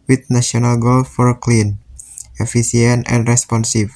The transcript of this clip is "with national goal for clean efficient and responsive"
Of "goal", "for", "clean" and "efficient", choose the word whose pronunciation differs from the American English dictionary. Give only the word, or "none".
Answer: efficient